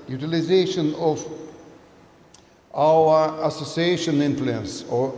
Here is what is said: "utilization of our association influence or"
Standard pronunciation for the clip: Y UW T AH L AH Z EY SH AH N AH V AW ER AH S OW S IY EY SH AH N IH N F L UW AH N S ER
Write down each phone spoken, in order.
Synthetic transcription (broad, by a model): Y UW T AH L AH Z EY SH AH N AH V AW ER AH S OW S IY EY SH AH N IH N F L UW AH N S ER